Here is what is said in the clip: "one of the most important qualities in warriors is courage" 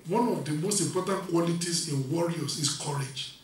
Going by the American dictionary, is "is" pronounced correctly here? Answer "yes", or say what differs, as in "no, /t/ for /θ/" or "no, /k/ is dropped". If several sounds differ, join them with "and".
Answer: no, /s/ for /z/